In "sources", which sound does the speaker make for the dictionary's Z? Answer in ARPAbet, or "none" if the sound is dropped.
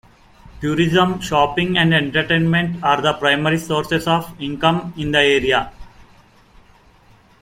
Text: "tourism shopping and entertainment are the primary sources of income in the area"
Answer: S